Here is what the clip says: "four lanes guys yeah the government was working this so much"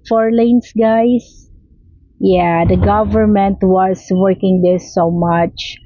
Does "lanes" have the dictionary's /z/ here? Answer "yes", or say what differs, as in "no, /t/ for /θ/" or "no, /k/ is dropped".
no, /s/ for /z/